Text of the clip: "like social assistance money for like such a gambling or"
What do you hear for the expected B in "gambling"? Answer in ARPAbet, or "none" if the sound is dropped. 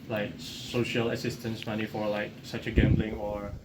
B